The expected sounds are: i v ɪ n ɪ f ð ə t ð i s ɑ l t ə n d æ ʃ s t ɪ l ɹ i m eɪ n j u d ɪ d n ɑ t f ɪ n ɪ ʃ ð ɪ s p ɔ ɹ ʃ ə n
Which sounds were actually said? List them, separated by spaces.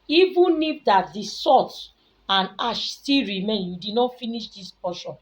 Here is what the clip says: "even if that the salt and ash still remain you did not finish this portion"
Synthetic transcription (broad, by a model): i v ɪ n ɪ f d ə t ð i s ɑ t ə n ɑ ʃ s t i l ɹ i m eɪ n j u d ɪ d n ɑ t f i n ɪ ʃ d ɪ s p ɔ ʃ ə n